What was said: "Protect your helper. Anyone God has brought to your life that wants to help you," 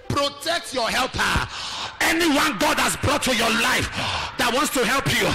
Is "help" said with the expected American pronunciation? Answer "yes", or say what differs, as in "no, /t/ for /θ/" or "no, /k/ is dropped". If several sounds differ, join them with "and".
yes